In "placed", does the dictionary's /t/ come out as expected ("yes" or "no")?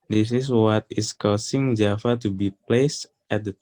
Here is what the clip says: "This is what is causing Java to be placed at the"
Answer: yes